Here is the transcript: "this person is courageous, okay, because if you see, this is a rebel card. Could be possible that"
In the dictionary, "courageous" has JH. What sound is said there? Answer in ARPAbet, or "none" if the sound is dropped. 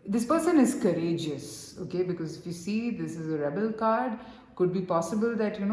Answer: JH